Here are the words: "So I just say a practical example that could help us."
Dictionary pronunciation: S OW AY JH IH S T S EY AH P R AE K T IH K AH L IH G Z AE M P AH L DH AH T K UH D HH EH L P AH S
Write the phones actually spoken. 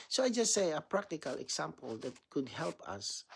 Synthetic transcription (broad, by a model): S OW AY JH IH S T S EY AH P R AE K T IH K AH L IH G S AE M P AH L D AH T K UH D HH EH L P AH S